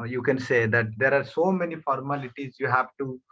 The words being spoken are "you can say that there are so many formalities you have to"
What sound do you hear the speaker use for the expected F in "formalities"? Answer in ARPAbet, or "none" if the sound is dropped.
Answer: F